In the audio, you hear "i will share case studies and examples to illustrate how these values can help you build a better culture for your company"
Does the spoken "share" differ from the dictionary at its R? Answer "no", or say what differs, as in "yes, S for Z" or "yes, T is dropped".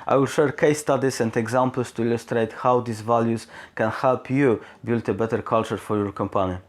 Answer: no